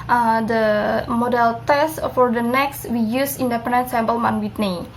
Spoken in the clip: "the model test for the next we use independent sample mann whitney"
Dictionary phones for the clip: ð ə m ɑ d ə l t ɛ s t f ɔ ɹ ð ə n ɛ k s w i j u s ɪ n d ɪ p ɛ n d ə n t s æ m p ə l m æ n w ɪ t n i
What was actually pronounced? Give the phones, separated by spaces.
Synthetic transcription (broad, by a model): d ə m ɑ d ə l t ɛ s t f ɔ ɹ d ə n ɛ k s w i j u s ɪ n d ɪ p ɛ n d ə n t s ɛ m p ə l m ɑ n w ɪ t n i